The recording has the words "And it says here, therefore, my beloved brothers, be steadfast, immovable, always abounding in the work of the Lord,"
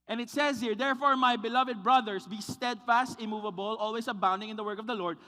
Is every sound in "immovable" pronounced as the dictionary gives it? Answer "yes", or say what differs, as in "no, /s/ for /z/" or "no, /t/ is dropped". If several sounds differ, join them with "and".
yes